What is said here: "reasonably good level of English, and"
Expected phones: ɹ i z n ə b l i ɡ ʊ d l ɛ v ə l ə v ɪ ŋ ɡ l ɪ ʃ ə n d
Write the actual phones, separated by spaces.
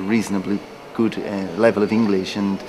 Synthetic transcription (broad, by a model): ɹ i z n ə b l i ɡ ʊ d l ɛ v ə l ə v ɪ ŋ ɡ l ɪ ʃ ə n